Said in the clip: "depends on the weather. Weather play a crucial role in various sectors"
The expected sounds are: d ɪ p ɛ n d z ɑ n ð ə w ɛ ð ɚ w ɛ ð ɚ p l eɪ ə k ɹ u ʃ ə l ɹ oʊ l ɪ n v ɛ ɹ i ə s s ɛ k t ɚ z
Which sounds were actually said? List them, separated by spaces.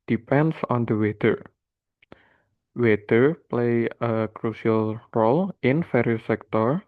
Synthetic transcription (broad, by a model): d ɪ p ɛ n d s ɑ n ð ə w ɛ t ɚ w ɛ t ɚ p l eɪ ə k ɹ u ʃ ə l ɹ oʊ l ɪ n f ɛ ɹ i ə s s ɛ k t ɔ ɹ